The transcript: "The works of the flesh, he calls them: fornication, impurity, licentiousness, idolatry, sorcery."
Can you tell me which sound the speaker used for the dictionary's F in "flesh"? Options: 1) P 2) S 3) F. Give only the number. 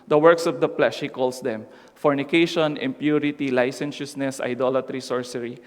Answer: 1